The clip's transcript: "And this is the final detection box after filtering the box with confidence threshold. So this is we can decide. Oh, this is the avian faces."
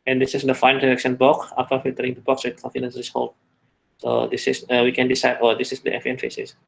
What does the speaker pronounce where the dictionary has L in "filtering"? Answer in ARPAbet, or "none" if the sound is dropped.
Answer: none